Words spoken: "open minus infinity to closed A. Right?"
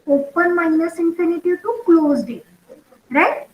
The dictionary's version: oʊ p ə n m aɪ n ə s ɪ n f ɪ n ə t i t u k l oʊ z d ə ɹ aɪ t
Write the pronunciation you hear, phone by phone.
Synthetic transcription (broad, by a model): oʊ p ə n m aɪ n ə s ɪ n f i n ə t i t u k l oʊ z d ə ɹ aɪ t